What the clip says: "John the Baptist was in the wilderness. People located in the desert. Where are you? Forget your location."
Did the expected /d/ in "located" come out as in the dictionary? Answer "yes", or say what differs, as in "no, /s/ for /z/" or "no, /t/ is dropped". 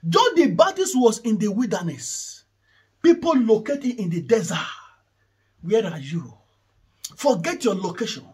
no, /d/ is dropped